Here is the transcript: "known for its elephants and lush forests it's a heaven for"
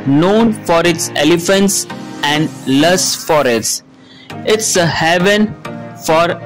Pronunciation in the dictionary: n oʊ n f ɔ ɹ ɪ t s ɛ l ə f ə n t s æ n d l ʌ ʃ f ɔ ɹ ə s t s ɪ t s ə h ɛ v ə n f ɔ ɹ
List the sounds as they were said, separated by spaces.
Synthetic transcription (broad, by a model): n oʊ n f ɔ ɹ ɪ t s ɛ l ə f ə n t s æ n d l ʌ s f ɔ ɹ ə t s ɪ t s ə h ɛ v ə n f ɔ ɹ